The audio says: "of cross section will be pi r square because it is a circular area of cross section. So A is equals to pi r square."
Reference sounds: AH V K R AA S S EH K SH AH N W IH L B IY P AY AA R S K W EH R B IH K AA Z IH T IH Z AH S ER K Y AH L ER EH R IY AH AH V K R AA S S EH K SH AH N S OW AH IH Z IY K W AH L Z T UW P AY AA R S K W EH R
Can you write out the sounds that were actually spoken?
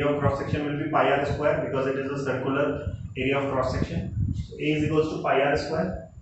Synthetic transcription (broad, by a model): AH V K R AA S S EH K SH AH N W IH L B IY P AY AA R S K W EH R B IH K AA Z IH T IH Z AH S ER K Y AH L ER EH R IY AH AH V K R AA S S EH K SH AH N S OW AH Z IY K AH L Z T UW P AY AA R S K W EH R